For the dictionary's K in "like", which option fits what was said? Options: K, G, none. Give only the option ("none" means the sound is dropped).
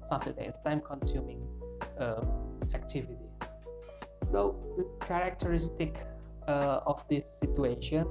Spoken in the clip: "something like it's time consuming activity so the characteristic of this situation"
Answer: none